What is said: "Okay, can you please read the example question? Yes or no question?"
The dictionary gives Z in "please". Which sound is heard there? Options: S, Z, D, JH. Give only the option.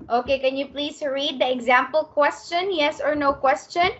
S